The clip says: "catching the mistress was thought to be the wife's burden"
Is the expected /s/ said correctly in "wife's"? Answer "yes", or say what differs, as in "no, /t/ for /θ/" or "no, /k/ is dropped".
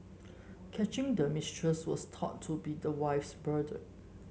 yes